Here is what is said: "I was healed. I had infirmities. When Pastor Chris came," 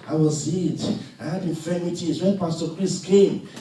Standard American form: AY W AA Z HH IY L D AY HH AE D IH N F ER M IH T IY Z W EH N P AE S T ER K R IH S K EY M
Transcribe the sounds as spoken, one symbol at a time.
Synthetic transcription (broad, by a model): AY W AA Z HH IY D AY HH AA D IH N F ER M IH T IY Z W EH N P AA S T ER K R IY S K EY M